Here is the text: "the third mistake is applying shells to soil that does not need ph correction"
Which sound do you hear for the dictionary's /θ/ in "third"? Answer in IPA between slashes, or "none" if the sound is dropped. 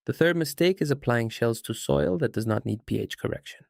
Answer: /θ/